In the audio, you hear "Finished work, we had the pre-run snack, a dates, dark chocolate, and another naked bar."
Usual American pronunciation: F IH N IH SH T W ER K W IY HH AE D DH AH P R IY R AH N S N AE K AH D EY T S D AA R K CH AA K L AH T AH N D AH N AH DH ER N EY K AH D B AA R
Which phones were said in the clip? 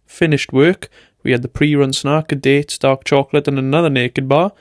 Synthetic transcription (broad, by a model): F IH N IH SH T W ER K W IY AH D DH AH P R IY R AH N S N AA K AH D EY T S D AA R K CH AA K L AH T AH N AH N AH DH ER N EY K AH D B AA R